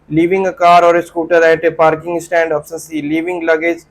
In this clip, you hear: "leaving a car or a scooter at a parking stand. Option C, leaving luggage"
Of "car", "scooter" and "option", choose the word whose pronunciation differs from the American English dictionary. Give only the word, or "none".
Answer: option